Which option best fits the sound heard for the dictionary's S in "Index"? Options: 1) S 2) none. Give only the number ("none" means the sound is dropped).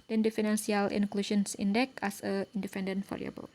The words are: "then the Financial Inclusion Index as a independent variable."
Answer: 2